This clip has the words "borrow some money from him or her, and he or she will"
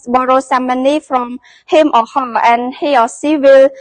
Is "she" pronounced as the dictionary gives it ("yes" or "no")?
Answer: no